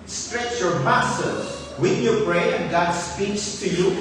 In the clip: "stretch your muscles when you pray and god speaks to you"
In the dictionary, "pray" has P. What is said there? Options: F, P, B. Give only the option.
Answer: B